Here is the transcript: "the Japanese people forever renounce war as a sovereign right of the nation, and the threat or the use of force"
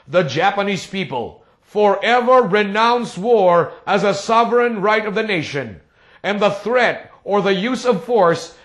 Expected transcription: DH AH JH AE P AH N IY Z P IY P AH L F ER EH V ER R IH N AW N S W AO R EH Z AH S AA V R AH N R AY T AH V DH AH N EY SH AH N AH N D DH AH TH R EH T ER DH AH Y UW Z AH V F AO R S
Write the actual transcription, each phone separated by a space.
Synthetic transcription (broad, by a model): DH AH JH AE P AH N IY Z P IY P AH L F ER EH V ER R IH N AW N S W AO R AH Z AH S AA V R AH N R AY T AH V DH AH N EY SH AH N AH N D DH AH TH R EH T ER DH AH Y UW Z AH V F AO R S